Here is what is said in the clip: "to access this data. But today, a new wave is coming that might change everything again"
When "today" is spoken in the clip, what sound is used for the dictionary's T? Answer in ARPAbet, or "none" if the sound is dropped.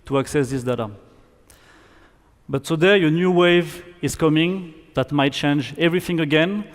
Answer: S